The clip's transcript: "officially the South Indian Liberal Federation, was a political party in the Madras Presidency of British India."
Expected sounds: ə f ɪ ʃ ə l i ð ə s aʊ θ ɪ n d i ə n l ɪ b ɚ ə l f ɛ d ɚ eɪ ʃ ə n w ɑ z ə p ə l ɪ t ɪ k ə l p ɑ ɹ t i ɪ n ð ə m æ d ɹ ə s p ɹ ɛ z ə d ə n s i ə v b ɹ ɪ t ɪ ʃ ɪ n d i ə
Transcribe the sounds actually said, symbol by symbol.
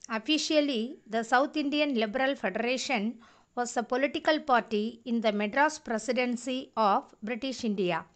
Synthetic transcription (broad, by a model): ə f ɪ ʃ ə l i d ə s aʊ t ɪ n d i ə n l ɪ b ɚ ə l f ɛ d ɚ eɪ ʃ ə n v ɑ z ə p ə l ɪ t ɪ k ə l p ɑ ɹ t i ɪ n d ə m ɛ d ɹ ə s p ɹ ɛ s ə d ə n s i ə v b ɹ ɪ t ɪ ʃ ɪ n d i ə